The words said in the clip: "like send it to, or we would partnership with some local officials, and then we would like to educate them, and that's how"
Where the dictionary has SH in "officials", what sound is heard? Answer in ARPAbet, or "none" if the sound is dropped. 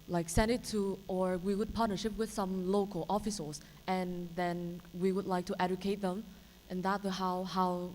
S